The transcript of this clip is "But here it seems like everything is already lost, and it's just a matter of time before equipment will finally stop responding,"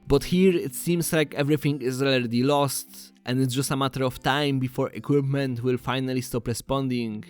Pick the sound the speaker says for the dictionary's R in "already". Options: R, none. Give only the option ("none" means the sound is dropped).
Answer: none